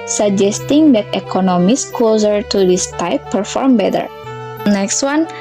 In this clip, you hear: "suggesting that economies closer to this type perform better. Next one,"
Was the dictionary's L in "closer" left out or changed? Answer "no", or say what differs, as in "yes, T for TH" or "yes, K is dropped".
yes, L is dropped